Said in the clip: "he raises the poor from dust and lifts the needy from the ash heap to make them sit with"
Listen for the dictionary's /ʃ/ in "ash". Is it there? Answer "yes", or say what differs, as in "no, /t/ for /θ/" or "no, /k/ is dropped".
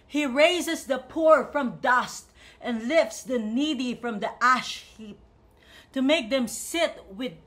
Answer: yes